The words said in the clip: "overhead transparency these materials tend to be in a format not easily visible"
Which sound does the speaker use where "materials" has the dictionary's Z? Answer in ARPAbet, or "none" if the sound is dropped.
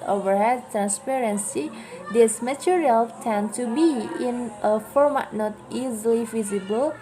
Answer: none